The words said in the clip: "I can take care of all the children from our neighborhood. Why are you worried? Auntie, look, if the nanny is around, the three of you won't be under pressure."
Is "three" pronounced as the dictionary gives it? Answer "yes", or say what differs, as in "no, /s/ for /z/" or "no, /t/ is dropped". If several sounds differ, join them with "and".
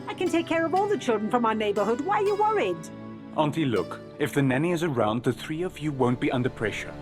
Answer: yes